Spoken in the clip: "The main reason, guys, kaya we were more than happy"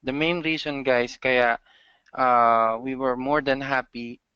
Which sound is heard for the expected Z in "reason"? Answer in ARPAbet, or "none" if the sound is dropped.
S